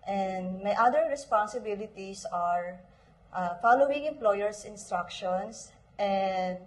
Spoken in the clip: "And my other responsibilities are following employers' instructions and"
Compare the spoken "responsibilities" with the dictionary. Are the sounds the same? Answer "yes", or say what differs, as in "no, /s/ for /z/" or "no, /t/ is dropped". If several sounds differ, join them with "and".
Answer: no, /s/ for /z/